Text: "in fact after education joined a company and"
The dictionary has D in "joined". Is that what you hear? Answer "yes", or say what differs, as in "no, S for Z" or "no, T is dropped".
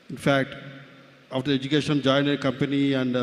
no, D is dropped